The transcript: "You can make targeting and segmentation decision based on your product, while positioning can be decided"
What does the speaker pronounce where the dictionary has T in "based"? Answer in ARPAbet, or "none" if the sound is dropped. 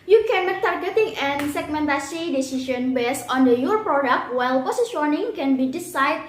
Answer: none